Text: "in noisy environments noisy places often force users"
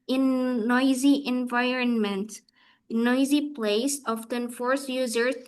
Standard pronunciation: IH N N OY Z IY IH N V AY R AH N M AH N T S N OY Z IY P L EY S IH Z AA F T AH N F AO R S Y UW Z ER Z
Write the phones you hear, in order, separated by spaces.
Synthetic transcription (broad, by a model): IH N N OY Z IY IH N V AY R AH N M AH N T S N OY Z IY P L EY IH S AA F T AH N F AO R S Y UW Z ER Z